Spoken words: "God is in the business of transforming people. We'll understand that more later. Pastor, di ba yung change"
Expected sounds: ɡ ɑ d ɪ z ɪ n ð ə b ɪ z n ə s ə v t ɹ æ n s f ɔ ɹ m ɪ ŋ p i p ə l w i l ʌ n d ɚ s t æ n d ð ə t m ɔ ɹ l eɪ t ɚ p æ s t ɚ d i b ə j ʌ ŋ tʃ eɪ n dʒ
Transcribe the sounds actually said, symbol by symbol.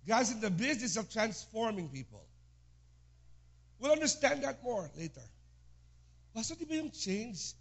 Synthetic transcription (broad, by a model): ɡ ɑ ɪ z ɪ n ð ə b ɪ z n ə s ə v t ɹ æ n s f ɔ ɹ m ɪ ŋ p i p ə l w i l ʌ n d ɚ s t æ n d ð ə t m ɔ ɹ l eɪ t ɚ b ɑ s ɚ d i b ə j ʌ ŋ tʃ eɪ n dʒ